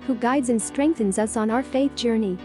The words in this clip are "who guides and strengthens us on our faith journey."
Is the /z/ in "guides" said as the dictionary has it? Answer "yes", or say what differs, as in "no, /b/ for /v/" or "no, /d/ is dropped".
yes